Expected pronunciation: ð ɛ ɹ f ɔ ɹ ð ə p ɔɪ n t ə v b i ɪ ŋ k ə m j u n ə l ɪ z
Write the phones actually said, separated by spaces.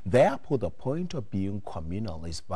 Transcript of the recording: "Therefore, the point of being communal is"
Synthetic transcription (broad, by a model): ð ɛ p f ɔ ð ə p ɔɪ n t ə v b i ɪ ŋ k ə m j u n ə l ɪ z